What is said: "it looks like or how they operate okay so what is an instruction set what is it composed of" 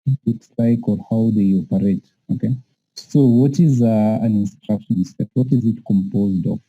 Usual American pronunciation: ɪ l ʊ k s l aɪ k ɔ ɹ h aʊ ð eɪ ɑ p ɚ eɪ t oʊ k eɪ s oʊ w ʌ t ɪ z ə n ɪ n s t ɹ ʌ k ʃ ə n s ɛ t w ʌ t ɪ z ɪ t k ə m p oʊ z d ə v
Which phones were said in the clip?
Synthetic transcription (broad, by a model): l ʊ k s l aɪ k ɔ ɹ h aʊ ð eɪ ɑ p ɚ eɪ t oʊ k eɪ s oʊ w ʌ t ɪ z ə n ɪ n s t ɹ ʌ k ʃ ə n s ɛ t w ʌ t ɪ z ɪ t k ə m p oʊ z d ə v